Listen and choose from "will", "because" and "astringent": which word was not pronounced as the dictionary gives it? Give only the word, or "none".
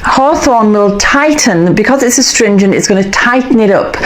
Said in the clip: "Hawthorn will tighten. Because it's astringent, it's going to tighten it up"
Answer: none